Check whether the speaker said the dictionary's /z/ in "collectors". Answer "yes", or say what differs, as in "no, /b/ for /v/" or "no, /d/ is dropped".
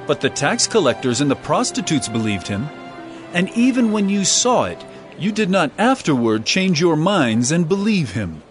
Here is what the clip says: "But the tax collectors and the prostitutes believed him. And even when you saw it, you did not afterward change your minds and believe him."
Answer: yes